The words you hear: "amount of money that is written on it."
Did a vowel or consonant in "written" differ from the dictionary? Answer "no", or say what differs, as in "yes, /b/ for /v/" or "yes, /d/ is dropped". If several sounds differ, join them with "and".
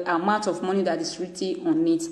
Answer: yes, /n/ is dropped